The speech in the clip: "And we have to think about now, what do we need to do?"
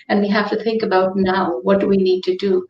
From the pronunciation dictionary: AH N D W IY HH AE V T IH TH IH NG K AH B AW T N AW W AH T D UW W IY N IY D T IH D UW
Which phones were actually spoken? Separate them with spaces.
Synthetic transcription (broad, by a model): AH N W IY HH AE F T IH TH IH NG K AH B AW T N AW W AH T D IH W IY N IY D T IH D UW